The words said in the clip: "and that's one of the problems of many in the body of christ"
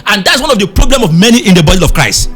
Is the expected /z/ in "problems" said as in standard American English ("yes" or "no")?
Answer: no